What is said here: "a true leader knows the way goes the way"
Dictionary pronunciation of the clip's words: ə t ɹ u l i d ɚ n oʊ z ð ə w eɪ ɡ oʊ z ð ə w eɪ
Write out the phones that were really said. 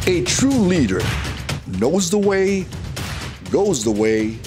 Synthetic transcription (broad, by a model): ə t ɹ u l i d ɚ n oʊ z ð ə w eɪ ɡ oʊ z ð ə w eɪ